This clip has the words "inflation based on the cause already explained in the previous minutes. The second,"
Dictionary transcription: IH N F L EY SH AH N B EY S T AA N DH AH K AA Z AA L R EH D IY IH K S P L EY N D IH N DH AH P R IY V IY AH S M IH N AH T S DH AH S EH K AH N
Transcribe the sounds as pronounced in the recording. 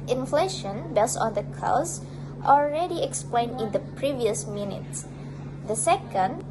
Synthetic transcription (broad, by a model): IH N F L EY SH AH N B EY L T AA N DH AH K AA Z AA L R EH D IY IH K S P L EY N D IH N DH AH P R IY V IY AH S M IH N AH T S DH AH S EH K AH N